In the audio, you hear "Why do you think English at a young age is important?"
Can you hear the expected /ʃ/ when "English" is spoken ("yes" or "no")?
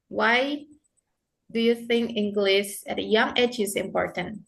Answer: no